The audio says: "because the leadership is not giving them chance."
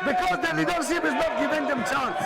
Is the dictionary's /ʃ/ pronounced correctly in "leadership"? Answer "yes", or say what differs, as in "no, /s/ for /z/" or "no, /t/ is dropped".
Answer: no, /s/ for /ʃ/